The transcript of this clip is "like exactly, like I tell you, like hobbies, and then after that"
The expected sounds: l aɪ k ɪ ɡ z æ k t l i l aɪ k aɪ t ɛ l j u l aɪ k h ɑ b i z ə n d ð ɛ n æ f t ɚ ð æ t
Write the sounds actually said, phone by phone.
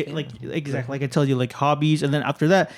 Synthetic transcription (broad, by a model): l aɪ k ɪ ɡ z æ k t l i l aɪ k aɪ t ɛ l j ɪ l aɪ k h ɑ b i z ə n ð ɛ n æ f t ɚ ð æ t